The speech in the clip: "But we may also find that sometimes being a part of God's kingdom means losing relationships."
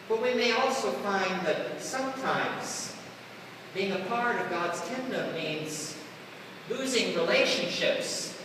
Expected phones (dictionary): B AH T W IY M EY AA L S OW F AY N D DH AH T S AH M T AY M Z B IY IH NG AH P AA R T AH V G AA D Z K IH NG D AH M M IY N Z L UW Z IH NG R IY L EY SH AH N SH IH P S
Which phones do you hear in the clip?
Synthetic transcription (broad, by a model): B AH T W IY M EY AA L S OW F AY N DH AH T S AH M T AY M Z B IY IH NG AH P AA R T AH V G AA D Z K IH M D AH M M IY N Z L UW Z IH NG R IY L EY SH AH N SH IH P S